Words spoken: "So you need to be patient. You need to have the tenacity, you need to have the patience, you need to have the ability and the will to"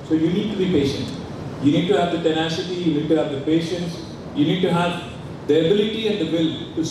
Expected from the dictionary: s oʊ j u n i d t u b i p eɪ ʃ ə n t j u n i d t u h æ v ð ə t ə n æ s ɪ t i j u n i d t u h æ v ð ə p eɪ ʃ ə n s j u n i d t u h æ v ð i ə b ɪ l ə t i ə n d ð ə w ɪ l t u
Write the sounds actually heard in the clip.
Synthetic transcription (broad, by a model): s oʊ j u n i d t u b i p eɪ ʃ ə n t j u n i d t u h æ v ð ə t ə n æ s ɪ t i j u n i d t u h æ v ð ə p eɪ ʃ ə n s j u n i d t u h æ v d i ə b ɪ l ə t i ə n d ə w ɪ l t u